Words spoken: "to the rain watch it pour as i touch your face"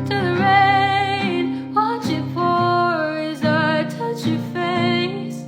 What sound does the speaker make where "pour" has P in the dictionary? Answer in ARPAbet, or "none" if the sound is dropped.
F